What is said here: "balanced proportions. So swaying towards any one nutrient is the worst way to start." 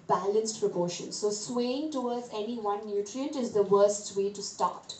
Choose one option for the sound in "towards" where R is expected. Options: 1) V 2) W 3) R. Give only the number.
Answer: 2